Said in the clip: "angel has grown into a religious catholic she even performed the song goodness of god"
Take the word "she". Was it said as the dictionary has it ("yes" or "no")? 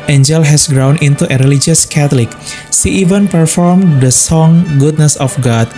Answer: no